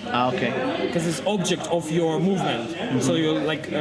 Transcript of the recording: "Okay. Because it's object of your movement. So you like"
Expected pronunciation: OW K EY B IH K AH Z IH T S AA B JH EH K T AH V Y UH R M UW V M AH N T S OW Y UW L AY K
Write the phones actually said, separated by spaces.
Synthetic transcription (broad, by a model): OW K EY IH K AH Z IH T S AA B JH EH K T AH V Y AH R M UW V M AH N T S OW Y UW L AY K